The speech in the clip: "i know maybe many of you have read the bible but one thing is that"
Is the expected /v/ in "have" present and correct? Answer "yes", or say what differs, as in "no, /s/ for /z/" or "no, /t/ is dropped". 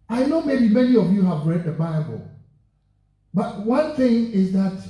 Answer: yes